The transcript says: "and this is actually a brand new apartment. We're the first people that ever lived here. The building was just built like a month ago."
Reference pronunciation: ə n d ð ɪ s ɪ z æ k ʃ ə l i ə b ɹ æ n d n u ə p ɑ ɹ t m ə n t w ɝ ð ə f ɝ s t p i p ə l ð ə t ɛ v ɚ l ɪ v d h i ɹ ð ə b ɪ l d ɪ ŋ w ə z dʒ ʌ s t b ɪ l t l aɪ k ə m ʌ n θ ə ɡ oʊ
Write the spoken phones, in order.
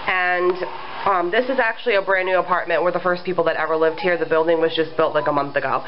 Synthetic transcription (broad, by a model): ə n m ð ɪ s ɪ z æ k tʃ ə l i ə b ɹ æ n n u ə p ɑ ɹ t m ə n t w ɝ ð ə f ɝ s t p i p l ð ə t ɛ v ɚ l ɪ v d h i ɹ ð ə b ɪ l d ɪ ŋ w ə z dʒ ʌ s b ɪ l t l aɪ k ə m ʌ n θ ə ɡ oʊ